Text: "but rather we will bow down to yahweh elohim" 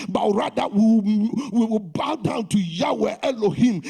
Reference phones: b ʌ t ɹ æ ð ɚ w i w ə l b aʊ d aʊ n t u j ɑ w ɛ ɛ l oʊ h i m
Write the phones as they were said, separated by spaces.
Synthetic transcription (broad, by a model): b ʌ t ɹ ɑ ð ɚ w i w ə w b aʊ d aʊ n t u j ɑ w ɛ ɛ l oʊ h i m